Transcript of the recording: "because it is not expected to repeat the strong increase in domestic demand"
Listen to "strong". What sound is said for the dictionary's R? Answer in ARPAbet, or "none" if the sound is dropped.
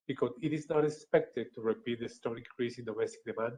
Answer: none